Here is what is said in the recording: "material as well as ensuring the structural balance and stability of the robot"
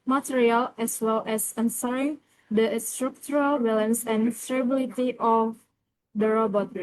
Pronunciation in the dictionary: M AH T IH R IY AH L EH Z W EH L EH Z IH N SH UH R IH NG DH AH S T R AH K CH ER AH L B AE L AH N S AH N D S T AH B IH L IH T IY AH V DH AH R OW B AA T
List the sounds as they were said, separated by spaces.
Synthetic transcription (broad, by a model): M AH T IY R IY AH L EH S W EH L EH S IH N S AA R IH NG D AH S T R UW K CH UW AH L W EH L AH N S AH N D S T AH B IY L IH T IY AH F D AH R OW B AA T